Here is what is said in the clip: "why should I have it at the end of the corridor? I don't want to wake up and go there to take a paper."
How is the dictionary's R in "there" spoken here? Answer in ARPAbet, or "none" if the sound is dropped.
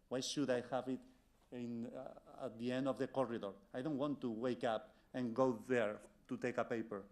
R